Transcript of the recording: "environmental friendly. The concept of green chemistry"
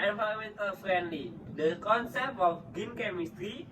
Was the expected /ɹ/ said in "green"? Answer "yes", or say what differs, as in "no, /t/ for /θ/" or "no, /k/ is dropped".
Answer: no, /ɹ/ is dropped